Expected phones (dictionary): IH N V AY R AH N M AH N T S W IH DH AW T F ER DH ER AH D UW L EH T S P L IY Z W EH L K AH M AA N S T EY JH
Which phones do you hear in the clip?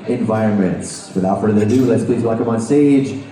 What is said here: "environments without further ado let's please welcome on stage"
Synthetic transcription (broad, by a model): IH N V AY R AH N M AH N T S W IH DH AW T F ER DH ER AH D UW L EH T S P L IY Z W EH K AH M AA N S T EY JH